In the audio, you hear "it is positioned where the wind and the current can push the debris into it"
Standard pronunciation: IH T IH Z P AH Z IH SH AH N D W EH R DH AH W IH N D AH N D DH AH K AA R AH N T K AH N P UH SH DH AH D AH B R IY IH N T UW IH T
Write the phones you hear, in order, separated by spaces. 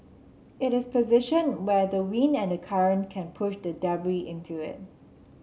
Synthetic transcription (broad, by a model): IH T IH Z P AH Z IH SH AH N W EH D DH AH W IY N AH N D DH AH K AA R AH N K AH N P UH SH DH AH D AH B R IY IH N T UW IH T